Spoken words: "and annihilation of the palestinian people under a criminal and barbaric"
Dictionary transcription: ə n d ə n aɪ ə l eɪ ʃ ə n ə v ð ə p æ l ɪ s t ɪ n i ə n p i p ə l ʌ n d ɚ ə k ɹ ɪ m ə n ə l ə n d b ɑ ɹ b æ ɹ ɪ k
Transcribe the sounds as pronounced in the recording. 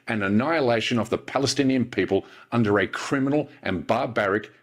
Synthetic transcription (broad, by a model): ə n ə n aɪ ə l eɪ ʃ ə n ə v ð ə p æ l ɪ s t ɪ n i ə n p i p ə l ʌ n d ɚ ə k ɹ ɪ m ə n l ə n b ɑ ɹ b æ ɹ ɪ k